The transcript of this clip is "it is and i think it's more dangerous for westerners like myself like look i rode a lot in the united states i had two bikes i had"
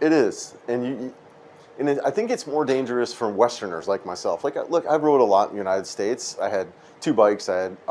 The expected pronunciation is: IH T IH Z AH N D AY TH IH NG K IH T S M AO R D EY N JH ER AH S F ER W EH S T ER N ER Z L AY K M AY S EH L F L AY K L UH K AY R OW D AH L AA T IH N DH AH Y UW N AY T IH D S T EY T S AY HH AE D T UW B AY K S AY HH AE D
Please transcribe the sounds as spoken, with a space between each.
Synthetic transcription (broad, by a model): IH T IH Z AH N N AY TH IH NG K IH T S M AO R D EY N JH ER AH S F ER W EH S T ER N ER Z L AY K M AY S EH L F L AY K L UH K AY R OW D AH L AA T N Y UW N AY T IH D S T EY T S AY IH D T UW B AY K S AY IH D